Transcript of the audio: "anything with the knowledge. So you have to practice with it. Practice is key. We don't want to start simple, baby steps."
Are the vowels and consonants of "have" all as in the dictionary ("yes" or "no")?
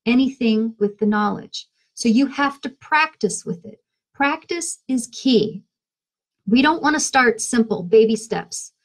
no